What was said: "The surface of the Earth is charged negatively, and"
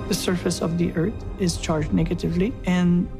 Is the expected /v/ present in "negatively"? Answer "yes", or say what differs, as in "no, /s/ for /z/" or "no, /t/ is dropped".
yes